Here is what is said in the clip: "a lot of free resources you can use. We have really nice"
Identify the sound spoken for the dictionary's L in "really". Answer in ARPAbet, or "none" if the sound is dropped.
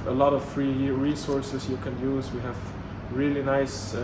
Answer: L